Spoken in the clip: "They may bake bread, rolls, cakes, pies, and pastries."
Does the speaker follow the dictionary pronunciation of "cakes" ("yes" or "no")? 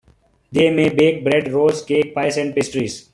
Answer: no